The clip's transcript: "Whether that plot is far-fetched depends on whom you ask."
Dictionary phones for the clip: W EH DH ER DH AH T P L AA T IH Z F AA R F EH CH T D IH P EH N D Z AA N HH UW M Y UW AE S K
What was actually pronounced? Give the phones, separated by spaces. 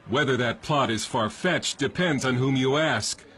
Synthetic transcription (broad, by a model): W EH DH ER DH AH T P L AA T IH Z F AA R F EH CH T D IH P EH N D Z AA N HH UW M Y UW AE S K